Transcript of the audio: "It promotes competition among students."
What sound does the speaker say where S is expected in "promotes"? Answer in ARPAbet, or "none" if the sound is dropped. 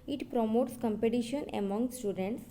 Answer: S